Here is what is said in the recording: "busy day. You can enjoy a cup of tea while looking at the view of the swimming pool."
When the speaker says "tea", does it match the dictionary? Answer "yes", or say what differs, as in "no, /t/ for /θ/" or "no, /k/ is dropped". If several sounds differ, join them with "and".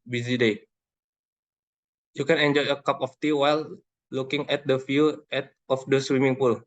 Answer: yes